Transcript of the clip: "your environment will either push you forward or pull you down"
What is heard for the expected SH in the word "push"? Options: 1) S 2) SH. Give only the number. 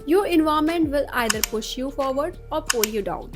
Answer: 2